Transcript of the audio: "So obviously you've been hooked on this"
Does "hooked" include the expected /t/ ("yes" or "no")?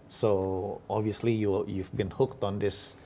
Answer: yes